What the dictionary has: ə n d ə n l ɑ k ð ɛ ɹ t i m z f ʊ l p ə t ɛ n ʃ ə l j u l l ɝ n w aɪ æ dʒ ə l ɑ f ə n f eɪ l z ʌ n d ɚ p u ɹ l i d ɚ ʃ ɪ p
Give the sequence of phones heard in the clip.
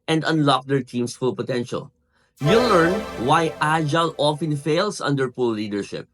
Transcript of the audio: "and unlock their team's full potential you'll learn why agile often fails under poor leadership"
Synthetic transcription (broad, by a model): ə n d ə n l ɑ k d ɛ ɹ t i m s f ʊ l p ə t ɛ n ʃ ə l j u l l ɝ n w aɪ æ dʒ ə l ɑ f ə n f eɪ l s ʌ n d ɚ p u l i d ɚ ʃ ɪ p